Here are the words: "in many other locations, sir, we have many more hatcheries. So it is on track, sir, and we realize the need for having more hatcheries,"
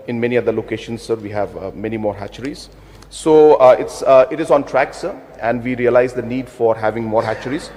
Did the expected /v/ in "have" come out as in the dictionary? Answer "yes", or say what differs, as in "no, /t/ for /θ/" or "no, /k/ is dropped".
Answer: yes